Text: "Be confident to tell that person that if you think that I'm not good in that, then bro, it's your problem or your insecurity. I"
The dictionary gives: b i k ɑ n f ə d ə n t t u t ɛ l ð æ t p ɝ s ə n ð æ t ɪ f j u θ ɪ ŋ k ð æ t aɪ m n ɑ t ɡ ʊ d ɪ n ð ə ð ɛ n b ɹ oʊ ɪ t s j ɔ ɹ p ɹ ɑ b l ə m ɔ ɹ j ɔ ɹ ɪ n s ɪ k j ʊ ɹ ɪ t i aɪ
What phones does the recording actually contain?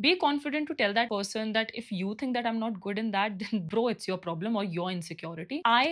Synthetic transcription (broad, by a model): b i k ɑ n f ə d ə n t t u t ɛ l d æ t p ɝ s ə n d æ t ɪ f j u t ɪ ŋ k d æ t aɪ m n ɑ t ɡ ʊ d ɪ n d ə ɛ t b ɹ oʊ ɪ t s j ɔ ɹ p ɹ ɑ b l ə m ɔ ɹ j ɔ ɹ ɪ n s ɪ k j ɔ ɹ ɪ t i aɪ